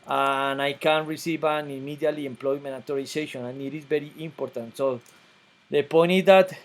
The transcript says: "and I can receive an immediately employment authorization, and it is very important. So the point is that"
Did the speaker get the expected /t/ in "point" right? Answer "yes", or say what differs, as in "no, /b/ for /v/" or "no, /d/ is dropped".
no, /t/ is dropped